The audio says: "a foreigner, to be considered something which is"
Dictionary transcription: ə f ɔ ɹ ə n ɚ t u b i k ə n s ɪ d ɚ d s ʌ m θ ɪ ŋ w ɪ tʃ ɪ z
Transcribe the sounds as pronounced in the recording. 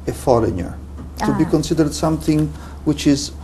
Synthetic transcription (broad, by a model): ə f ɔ l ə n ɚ t u b i k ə n s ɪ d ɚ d s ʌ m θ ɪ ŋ w ɪ tʃ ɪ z